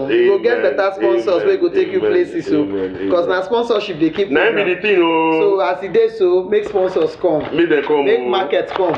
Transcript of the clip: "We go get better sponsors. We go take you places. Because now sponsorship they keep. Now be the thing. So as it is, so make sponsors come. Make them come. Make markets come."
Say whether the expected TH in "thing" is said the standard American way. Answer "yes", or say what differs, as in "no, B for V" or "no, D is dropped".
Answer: no, T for TH